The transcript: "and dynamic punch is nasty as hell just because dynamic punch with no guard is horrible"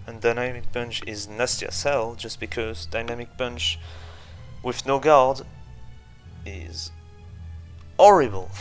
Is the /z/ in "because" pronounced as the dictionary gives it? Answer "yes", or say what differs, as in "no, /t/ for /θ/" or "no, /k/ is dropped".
yes